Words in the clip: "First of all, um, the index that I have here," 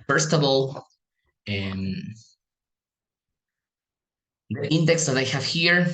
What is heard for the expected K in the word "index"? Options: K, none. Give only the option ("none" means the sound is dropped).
K